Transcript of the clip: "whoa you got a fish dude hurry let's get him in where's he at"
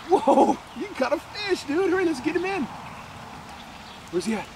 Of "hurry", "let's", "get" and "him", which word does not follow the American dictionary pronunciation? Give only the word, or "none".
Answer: let's